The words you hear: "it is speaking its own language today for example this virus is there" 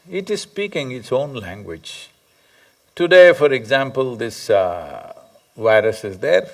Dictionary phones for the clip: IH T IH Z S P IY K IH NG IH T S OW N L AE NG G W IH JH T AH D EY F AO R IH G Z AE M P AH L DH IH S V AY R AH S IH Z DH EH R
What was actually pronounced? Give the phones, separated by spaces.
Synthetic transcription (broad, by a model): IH T IH Z S P IY K IH NG IH T S OW N L AE NG G W IH JH T AH D EY F AO R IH G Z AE M P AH L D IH S V AY R AH S IH Z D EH R